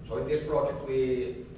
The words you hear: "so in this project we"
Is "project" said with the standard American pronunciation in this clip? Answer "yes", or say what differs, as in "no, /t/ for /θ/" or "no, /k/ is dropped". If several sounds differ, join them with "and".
yes